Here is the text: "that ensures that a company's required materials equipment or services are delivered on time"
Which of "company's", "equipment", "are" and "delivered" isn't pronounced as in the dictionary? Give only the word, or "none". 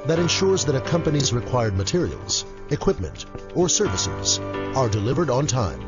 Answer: none